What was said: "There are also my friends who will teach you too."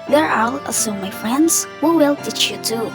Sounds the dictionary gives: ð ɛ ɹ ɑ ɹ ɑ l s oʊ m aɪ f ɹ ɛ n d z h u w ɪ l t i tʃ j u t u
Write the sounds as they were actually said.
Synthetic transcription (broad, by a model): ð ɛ ɹ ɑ l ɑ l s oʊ m aɪ f ɹ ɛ n d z h u w ɪ l t i tʃ j u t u